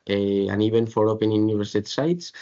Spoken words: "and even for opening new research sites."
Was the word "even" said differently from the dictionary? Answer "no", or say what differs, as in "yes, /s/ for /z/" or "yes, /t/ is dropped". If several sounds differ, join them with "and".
yes, /b/ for /v/